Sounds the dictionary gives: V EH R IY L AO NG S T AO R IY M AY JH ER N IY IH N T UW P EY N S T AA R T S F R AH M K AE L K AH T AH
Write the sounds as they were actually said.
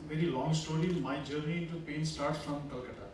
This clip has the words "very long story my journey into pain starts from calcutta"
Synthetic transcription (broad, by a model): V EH R IY L AO NG S T AO R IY M AY JH ER N IY IH N T UW P EY N S T AA R T S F R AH M K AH L K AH T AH